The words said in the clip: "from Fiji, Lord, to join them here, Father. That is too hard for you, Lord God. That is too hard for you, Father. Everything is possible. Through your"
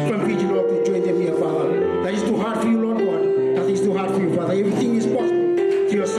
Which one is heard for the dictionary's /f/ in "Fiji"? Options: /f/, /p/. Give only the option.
/p/